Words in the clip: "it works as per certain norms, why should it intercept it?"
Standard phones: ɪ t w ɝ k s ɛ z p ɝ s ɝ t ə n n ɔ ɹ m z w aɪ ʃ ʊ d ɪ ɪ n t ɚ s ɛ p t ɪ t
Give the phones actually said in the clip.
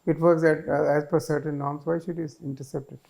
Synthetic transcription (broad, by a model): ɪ t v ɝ k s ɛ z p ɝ s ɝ t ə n n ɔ ɹ m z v aɪ ʃ ʊ d ɪ ɪ n t ɚ s ɛ p t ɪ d